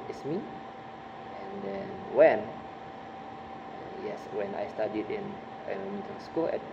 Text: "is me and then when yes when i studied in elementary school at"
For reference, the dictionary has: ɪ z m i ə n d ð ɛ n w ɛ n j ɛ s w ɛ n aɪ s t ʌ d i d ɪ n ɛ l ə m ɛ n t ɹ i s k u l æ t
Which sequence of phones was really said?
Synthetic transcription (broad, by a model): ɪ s m i ə n d ɛ n w ɛ n j ɛ s w ɛ n aɪ s t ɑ d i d ɪ n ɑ n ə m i t i s k u l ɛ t